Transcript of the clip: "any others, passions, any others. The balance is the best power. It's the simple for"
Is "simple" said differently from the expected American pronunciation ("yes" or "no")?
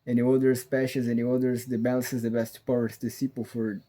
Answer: yes